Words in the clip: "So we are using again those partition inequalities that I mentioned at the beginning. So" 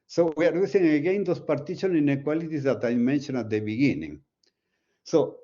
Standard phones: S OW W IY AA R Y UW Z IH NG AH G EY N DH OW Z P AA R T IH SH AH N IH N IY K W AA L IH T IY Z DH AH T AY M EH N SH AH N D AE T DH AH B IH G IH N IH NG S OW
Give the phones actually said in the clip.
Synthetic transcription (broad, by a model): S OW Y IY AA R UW S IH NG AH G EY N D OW S P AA R T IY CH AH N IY N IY K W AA L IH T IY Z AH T AY M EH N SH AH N AA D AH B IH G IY N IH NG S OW